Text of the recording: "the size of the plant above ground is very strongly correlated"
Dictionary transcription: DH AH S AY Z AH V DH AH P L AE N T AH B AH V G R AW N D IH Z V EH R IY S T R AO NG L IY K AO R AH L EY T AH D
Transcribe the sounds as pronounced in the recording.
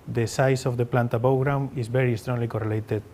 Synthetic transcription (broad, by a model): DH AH S AY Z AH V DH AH P L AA N T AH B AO W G R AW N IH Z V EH R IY S T R AO NG L IY K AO R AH L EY T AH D